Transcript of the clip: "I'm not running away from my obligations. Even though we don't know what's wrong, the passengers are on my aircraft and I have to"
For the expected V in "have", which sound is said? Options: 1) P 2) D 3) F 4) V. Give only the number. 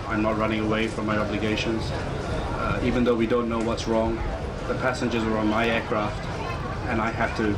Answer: 3